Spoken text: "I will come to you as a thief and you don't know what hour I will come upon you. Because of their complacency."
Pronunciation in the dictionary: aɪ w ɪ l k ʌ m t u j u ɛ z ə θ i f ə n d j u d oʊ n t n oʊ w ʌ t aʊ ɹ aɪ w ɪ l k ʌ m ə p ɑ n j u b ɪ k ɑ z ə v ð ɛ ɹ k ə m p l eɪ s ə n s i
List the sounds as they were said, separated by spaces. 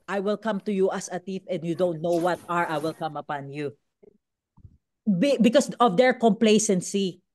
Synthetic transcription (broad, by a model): aɪ w ɪ l k ʌ m t u j u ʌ s ə t i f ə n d j u d oʊ n t n oʊ w ʌ t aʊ ɹ aɪ w ɪ l k ʌ m ə p ɑ n j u b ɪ k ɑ s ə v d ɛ ɹ k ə m p l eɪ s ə n s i